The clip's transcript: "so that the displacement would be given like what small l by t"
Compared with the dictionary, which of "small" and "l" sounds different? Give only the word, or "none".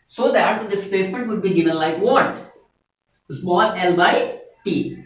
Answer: none